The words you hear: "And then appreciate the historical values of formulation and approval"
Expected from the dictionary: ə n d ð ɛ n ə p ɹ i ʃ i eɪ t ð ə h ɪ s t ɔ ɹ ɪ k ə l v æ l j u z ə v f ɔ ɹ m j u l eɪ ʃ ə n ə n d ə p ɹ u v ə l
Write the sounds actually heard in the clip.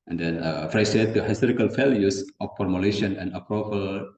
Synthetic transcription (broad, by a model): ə n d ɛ n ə f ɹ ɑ s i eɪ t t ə h ɪ s t ɔ ɹ ɪ k ə l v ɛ l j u s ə f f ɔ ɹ m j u l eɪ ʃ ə n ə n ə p ɹ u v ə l